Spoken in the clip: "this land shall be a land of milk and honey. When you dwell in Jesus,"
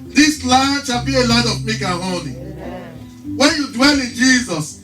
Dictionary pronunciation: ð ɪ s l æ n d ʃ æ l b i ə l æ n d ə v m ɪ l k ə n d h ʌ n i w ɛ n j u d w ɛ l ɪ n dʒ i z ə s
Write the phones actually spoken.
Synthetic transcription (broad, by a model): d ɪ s l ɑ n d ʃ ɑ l b i ə l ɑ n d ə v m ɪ k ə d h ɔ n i w ɛ n j u d w ɛ l ɪ n dʒ i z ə s